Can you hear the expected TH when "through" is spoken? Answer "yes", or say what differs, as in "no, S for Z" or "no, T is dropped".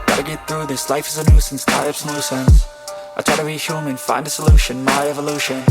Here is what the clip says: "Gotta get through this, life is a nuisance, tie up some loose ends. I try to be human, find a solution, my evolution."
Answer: yes